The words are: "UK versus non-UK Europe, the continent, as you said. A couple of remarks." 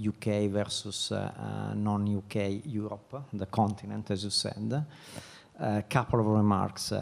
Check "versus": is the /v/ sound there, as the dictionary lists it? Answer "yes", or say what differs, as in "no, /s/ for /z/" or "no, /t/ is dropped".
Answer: yes